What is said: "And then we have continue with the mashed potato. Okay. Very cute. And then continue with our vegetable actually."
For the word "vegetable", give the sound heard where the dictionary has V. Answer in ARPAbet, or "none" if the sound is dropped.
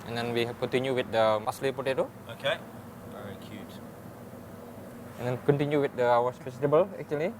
F